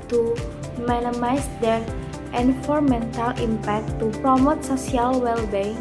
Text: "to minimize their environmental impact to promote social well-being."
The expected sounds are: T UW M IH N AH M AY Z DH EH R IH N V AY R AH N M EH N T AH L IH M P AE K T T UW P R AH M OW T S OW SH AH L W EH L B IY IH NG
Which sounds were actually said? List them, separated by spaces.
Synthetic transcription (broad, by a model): T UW M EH N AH M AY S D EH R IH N F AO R M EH N T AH L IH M P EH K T T UW P R AH M OW T S OW S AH L W EH L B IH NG